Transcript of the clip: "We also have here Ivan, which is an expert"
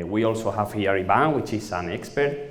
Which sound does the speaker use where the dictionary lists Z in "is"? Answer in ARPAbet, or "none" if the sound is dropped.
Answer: S